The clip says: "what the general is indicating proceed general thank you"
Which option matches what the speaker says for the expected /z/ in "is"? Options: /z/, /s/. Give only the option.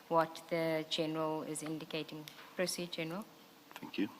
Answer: /z/